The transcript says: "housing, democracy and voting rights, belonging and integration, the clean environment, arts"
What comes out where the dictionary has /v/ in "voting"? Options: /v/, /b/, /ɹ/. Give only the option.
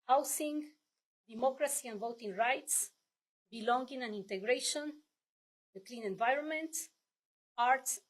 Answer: /v/